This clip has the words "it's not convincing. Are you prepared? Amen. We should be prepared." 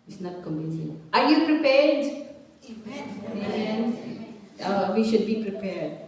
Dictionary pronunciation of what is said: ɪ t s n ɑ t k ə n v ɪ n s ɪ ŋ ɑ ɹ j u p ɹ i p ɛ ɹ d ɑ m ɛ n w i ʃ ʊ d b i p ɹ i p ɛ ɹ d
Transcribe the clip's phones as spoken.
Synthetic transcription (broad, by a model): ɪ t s n ɑ t k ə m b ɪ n ɪ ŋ ɑ ɹ j u p ɹ i p ɛ ɹ d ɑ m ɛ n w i ʃ ʊ d b i p ɹ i p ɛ ɹ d